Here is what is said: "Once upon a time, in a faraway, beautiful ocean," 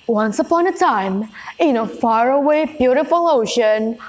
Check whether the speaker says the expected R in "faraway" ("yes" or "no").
yes